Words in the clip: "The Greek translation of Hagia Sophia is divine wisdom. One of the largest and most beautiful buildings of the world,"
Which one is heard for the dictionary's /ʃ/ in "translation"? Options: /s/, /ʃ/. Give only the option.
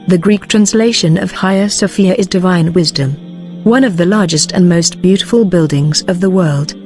/ʃ/